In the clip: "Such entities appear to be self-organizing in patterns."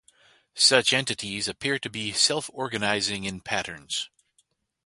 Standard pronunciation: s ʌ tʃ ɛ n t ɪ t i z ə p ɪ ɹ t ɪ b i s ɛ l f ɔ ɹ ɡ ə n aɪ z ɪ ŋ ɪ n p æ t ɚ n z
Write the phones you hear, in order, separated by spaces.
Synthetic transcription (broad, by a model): s ʌ tʃ ɛ n t ɪ t i z ə p ɪ ɹ t ɪ b i s ɛ l f ɔ ɹ ɡ ə n aɪ z ɪ ŋ ɪ n p æ t ɚ n z